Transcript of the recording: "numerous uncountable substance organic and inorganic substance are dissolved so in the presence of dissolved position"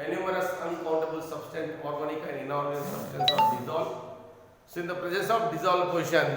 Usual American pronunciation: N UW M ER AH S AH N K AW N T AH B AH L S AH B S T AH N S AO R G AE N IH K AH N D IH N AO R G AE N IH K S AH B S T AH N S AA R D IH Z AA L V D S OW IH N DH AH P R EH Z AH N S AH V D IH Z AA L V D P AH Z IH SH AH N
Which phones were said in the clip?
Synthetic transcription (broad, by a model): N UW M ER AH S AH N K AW N T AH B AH L S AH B S T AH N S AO R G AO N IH K AH N D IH N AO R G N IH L S AH B S T AH N S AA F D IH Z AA L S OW IH N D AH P R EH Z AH S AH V D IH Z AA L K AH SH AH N